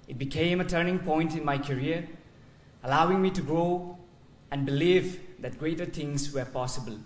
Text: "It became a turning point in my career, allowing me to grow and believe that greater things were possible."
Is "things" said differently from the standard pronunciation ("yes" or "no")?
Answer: yes